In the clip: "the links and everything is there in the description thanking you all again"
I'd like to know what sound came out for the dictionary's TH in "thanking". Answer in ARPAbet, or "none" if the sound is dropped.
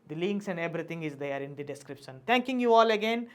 T